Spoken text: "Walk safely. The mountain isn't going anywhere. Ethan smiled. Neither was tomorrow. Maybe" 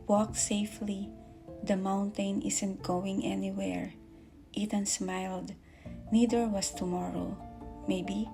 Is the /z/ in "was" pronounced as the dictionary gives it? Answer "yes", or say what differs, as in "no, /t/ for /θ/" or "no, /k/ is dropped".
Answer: no, /s/ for /z/